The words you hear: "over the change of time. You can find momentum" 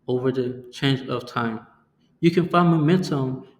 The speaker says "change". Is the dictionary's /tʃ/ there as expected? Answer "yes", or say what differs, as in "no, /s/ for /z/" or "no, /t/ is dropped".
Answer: yes